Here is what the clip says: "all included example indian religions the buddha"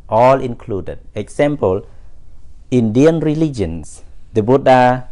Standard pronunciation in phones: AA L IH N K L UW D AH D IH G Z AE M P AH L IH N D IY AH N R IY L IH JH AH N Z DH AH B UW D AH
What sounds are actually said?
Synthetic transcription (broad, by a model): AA L IH N K L UW D AH D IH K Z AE M P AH L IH N D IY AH N R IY L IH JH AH N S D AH B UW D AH